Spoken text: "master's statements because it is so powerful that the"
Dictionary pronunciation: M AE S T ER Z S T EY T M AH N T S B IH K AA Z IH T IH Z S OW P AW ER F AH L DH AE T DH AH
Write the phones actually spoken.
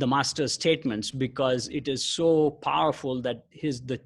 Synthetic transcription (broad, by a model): M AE S T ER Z S T EY T M AH N T S B IH K AA Z IH T IH Z S OW P AW ER F AH L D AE T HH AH